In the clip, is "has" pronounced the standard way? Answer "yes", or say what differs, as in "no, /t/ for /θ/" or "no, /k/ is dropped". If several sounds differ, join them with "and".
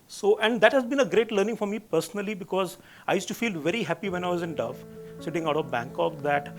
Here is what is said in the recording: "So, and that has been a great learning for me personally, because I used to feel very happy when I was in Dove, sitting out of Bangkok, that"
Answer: yes